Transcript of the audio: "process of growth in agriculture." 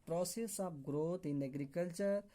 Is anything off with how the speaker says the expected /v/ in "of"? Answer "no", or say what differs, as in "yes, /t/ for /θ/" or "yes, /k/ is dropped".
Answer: yes, /p/ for /v/